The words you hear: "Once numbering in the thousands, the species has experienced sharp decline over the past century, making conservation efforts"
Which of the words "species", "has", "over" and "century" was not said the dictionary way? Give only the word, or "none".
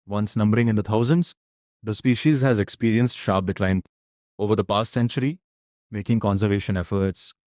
none